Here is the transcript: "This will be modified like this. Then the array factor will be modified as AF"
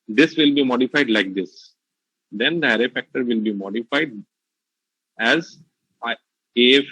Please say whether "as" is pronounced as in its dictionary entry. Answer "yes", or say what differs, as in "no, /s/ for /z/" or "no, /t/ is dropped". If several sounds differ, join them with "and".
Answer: yes